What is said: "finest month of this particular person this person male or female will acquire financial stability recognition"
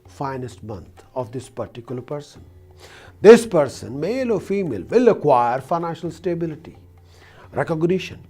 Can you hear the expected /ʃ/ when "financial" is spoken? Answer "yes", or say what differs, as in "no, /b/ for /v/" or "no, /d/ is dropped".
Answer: yes